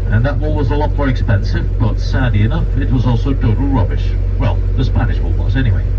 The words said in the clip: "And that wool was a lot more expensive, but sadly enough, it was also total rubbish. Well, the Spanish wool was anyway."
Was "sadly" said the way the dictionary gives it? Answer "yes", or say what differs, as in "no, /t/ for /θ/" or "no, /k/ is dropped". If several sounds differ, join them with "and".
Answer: no, /l/ is dropped